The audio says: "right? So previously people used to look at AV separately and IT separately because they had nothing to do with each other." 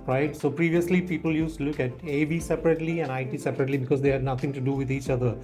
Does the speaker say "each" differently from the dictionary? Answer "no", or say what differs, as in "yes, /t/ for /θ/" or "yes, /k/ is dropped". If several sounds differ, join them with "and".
no